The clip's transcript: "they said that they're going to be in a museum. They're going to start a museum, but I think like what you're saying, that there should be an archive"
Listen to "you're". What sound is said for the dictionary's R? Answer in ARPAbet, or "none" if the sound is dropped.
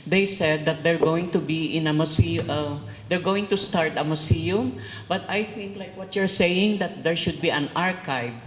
R